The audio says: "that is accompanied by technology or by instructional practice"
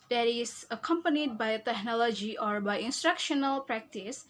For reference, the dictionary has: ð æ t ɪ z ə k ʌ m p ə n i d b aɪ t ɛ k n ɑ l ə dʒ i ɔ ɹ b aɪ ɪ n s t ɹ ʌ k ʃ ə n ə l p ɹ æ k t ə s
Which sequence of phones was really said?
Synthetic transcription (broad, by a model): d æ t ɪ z ə k ʌ m p ə n i d b aɪ t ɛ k n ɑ l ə dʒ i ɔ ɹ b aɪ ɪ n s t ɹ ʌ k ʃ ə n ə l p ɹ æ k t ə s